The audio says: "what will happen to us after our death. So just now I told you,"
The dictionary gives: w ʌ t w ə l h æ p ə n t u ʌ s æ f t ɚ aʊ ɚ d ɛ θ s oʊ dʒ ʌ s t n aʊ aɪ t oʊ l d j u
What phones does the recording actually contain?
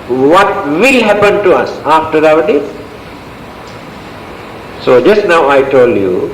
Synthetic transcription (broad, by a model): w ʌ t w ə l h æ p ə n t u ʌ s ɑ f t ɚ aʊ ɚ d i s s oʊ dʒ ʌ s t n aʊ aɪ t oʊ l d j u